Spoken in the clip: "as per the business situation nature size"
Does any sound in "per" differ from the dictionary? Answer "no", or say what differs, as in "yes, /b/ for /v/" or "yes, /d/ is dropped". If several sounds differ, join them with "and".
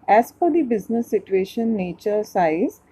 yes, /f/ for /p/